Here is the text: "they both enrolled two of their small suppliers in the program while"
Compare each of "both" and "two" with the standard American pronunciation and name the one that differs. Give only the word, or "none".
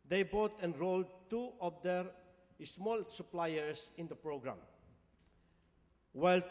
both